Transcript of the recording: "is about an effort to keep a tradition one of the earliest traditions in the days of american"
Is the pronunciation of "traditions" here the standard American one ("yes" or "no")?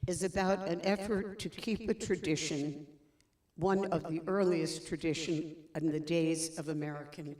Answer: no